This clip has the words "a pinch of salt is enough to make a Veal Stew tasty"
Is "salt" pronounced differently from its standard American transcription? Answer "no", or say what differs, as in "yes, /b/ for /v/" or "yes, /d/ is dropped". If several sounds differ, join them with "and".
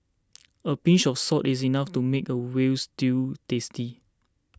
yes, /l/ is dropped